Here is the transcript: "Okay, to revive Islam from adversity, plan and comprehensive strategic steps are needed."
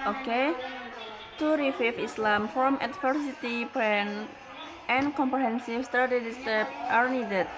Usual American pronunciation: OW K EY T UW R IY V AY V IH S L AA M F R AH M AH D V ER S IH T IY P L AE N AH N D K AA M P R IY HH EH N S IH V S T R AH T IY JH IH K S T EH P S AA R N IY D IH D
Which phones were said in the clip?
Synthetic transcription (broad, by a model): OW K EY T UW R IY F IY F IH S L AA M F R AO M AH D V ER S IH T IY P EH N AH N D K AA M P R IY HH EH N S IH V S T R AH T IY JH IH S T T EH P AA R N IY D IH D